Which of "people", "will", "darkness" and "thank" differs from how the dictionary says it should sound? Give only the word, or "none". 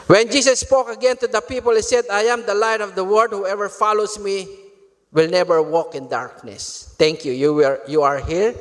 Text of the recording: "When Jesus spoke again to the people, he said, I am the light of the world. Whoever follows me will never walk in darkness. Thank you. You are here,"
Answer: thank